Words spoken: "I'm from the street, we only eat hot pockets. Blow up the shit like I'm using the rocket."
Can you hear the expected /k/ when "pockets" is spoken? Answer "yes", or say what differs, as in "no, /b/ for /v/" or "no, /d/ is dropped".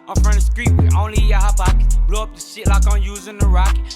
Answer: no, /k/ is dropped